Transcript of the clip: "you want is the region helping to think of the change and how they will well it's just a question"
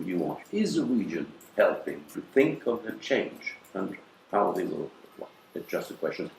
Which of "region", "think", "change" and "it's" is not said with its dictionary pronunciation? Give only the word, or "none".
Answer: none